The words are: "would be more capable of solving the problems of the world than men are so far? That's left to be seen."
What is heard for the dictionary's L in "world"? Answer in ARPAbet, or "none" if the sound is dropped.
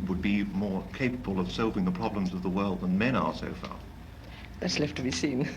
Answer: L